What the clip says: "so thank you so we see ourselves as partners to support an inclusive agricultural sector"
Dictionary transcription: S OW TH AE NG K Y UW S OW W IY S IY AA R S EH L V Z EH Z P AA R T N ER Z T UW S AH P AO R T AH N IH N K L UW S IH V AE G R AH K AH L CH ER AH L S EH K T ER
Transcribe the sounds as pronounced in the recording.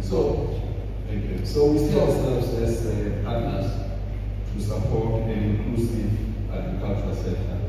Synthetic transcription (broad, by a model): S OW T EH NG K Y UW S OW W IY S IY AA W S EH L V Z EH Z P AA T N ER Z T UW S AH P AO T AH N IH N K L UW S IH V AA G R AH K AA L CH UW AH S EH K T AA